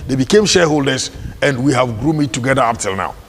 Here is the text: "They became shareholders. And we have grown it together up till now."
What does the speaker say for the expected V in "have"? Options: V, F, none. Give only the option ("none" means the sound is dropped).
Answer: V